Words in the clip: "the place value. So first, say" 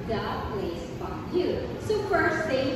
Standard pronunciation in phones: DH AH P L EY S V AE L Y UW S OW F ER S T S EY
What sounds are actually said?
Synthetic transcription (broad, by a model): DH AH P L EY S F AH Y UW S OW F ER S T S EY